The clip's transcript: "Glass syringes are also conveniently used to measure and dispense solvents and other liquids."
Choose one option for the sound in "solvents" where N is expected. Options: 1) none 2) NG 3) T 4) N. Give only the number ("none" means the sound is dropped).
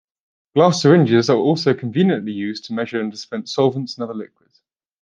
4